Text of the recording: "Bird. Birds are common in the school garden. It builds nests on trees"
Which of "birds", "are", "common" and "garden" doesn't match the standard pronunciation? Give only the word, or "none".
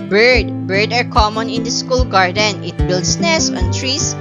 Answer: birds